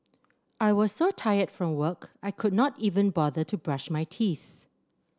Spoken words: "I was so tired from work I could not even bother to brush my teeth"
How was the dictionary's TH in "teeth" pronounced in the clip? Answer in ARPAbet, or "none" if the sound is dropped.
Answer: TH